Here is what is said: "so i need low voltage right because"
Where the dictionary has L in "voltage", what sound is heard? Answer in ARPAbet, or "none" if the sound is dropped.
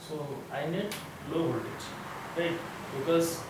none